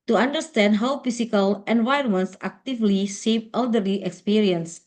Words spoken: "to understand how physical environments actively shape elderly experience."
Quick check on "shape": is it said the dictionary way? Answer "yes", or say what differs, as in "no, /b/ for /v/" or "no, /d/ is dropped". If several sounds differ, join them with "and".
no, /s/ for /ʃ/